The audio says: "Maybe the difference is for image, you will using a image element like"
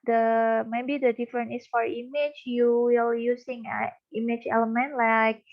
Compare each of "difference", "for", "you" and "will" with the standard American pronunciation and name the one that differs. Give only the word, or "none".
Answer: difference